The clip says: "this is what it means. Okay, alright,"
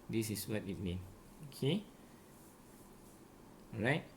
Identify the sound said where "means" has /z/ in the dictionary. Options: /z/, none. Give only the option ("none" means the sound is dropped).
none